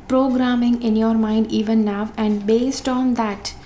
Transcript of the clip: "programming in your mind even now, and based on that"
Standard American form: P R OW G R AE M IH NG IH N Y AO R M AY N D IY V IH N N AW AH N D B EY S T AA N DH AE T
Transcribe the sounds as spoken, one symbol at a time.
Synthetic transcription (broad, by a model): P R OW G R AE M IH NG IH N Y AO R M AY N D IY V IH N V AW AH N D B EY S T AA N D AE T